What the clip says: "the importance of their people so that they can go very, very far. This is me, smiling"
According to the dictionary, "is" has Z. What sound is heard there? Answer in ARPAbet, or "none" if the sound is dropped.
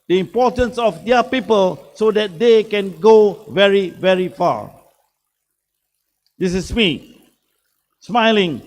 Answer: S